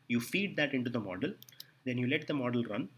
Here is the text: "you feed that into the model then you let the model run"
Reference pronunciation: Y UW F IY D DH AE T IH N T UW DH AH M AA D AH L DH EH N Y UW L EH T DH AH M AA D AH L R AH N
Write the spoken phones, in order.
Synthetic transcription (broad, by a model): Y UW F IY D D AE T IH N T UW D AH M AA D AH L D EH N Y UW L EH T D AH M AA D AH L R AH N